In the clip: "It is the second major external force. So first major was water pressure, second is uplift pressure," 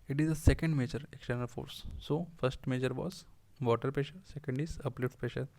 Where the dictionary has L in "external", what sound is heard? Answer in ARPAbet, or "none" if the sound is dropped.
L